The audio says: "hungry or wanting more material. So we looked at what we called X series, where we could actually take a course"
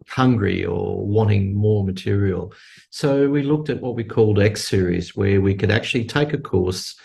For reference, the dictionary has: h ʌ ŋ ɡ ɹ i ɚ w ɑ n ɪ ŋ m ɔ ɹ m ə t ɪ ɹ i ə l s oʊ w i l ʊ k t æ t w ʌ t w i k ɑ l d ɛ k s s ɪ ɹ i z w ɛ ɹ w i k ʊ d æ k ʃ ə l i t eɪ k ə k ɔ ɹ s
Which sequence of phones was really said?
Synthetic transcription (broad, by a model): h ʌ ŋ ɡ ɹ i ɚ w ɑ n ɪ ŋ m ɔ ɹ m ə t ɪ ɹ i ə l s oʊ w i l ʊ k t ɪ t w ʌ t w i k ɑ l d ɛ k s s ɪ ɹ i z w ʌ ɹ w i k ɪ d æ k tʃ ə l i t eɪ k ə k ɔ ɹ s